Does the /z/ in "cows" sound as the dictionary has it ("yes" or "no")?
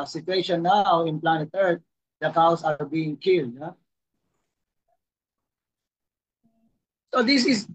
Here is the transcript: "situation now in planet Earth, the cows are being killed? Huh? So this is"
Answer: no